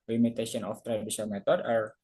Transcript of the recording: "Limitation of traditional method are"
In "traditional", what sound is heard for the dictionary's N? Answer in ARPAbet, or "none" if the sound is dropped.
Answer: none